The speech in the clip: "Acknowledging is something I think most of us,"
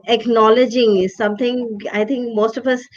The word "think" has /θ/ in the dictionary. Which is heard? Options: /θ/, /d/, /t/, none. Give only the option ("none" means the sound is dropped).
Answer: /t/